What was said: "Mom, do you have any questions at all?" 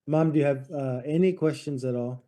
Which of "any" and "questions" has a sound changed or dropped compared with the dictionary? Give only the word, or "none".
none